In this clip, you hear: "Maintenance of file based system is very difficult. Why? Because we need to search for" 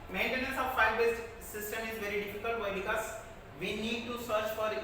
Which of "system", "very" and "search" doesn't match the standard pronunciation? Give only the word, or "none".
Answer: none